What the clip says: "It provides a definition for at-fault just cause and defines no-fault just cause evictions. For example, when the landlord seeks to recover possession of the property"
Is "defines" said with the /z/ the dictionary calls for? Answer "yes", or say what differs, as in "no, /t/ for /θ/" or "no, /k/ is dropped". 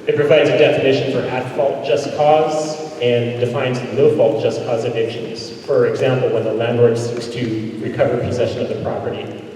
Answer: yes